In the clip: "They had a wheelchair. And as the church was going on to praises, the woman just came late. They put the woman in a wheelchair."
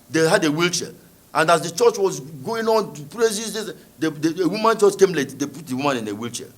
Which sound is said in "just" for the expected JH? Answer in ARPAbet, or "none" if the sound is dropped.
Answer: CH